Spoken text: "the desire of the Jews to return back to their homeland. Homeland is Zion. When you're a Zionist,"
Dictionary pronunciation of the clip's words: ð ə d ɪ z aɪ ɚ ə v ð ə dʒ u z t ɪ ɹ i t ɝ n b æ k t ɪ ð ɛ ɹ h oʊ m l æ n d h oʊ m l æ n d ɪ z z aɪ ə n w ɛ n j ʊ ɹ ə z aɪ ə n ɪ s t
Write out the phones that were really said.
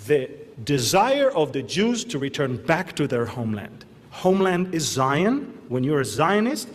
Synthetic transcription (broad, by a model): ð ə d ɪ z aɪ ɚ ə v ð ə dʒ u z t ɪ ɹ i t ɝ n b æ k t ɪ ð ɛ ɹ h oʊ m l æ n d h oʊ m l æ n d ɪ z z aɪ ə n w ɛ n j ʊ ɹ ə z aɪ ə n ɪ s t